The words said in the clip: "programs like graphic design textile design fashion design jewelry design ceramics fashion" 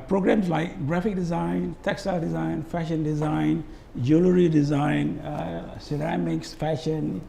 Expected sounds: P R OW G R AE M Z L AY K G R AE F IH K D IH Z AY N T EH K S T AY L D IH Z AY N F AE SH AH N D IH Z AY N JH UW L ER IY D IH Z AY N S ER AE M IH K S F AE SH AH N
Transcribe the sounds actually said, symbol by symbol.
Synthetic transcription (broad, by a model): P R OW G R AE M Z L AY K G R AE F IH K D IH Z AY N T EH K S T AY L D IH Z AY N F AE SH AH N D IH Z AY N JH UW L ER IY D IH Z AY N S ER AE M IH K S F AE SH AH N